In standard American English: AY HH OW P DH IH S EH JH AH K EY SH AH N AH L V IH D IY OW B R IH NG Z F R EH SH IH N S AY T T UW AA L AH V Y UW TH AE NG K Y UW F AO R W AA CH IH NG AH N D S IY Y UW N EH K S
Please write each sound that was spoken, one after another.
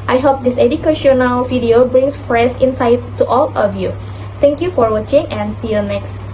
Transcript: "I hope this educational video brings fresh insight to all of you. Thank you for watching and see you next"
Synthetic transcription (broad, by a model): AY HH OW P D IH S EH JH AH K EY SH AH N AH L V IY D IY OW B R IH NG S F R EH S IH N S AY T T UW AA L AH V Y UW T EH NG K Y UW F AO R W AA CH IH NG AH N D S IY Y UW N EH K S